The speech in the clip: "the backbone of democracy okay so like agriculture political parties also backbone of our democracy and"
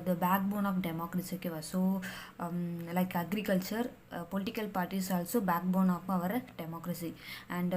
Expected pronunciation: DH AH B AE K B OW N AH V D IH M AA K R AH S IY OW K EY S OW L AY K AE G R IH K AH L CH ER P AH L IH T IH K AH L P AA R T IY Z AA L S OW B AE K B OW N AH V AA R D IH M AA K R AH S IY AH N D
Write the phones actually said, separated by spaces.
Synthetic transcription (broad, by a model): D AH B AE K B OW N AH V D IH M AA K R AH S IY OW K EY S OW L AY K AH G R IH K AH L CH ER P AH L IH T IH K AH L P AA R T IY S AA L S OW B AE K B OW N AH V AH R D IH M AA K R AH S IY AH N D